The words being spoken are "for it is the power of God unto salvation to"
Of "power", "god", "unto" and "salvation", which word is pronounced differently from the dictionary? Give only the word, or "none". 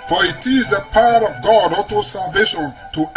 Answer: unto